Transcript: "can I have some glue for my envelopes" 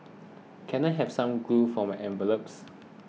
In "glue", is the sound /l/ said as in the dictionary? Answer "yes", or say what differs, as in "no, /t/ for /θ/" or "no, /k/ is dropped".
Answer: no, /l/ is dropped